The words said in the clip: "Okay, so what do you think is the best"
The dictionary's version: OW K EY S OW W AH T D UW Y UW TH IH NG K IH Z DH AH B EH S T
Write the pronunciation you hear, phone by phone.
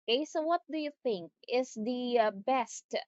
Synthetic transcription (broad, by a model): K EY S OW W AH T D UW Y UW TH IH NG K IH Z DH AH B EH S T